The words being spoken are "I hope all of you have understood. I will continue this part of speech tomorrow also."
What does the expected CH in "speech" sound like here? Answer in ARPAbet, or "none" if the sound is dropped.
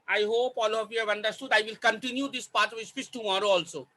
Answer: S